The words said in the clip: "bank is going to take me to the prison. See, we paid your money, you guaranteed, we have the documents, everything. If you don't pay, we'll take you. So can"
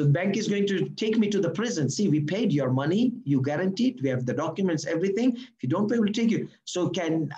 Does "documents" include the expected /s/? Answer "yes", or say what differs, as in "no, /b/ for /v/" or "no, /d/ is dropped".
yes